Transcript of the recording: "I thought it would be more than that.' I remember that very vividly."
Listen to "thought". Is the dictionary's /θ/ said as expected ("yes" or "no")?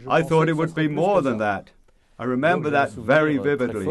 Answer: yes